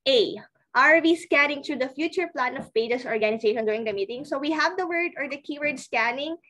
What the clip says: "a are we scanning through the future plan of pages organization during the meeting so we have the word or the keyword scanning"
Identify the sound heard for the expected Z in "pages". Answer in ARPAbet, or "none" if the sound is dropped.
S